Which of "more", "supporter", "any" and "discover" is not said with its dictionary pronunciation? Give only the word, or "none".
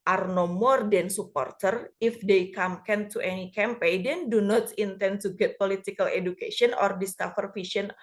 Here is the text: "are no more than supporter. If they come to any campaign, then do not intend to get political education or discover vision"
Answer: discover